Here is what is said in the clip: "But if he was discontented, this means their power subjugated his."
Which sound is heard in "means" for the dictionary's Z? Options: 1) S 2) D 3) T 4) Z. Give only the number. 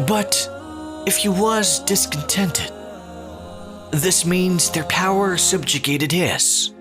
4